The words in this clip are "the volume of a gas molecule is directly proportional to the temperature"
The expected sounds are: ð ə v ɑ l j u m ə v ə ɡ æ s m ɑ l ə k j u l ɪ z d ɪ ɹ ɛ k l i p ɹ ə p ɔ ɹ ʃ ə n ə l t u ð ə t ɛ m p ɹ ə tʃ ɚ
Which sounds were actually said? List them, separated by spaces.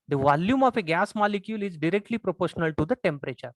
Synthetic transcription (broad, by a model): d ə v ɑ l j u m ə f ə ɡ æ s m ɑ l ə k j u l ɪ z d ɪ ɹ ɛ k l i p ɹ ə p ɔ ɹ ʃ ə n ə l t u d ə t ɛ m p ɹ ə tʃ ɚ